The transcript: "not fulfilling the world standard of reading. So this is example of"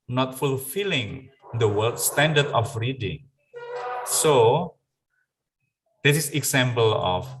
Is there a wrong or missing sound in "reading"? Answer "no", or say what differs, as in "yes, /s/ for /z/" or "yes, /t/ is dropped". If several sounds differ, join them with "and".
no